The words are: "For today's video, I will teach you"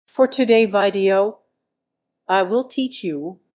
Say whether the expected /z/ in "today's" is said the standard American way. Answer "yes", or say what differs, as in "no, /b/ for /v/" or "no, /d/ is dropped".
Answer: no, /z/ is dropped